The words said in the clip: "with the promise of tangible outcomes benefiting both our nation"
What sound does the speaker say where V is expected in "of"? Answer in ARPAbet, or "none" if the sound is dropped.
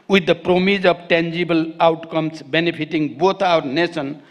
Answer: B